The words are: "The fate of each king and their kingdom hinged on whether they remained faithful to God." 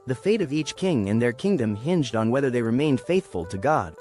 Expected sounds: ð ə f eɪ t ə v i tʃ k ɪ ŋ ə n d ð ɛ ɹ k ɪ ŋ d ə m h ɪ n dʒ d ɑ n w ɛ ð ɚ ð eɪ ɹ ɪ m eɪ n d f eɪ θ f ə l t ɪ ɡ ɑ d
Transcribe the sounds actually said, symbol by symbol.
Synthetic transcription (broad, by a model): ð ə f eɪ t ə v i tʃ k ɪ ŋ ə n ð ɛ ɹ k ɪ ŋ d ə m h ɪ n dʒ d n w ɛ ð ɚ ð eɪ ɹ ɪ m eɪ n d f eɪ θ f ə l t ɪ ɡ ɑ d